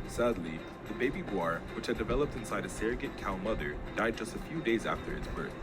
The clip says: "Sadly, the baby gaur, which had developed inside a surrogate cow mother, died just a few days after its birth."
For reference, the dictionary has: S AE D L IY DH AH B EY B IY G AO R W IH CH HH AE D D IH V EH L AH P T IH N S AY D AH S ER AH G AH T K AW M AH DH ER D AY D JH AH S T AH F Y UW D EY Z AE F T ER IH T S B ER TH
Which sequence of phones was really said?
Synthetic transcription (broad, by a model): S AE D L IY DH AH B EY B IY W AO R W IH CH HH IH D D IH V EH L AH P T IH N S AY D AH S ER AH G AH T K AW M AH DH ER D AY D JH AH S T AH F Y UW D EY Z AE F T ER IH T S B ER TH